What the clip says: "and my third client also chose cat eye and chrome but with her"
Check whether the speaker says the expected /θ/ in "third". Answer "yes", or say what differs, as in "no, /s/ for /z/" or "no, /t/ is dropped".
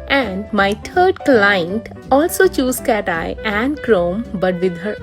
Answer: no, /t/ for /θ/